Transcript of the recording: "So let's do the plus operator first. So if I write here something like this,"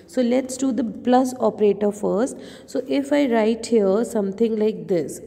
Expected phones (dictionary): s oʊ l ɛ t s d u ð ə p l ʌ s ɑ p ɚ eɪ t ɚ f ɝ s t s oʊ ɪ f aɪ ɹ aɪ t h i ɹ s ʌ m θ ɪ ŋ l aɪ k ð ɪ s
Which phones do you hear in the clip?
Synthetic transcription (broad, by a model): s oʊ l ɛ t s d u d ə p l ʌ s ɑ p ɚ eɪ t ɚ f ɝ s t s oʊ ɪ f aɪ ɹ aɪ t h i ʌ s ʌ m t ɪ ŋ l aɪ k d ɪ s